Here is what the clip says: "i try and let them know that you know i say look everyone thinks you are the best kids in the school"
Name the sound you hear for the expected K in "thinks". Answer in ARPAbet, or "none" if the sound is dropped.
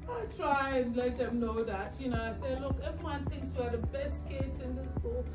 K